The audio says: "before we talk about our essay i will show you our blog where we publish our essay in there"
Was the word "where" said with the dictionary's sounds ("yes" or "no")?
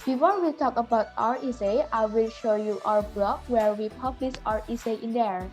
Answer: yes